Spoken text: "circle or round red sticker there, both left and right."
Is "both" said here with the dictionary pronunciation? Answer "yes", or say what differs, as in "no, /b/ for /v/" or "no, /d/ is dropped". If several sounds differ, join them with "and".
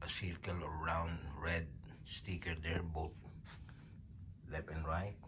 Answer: no, /t/ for /θ/